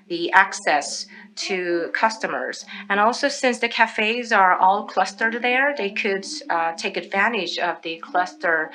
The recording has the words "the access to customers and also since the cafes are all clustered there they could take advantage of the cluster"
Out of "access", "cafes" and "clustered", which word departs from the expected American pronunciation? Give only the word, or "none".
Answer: none